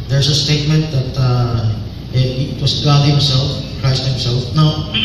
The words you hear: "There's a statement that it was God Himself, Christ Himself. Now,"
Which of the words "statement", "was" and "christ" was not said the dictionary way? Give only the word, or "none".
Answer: was